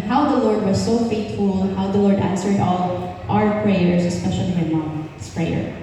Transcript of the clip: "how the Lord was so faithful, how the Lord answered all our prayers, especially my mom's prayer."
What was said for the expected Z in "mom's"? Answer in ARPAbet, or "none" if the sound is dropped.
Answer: S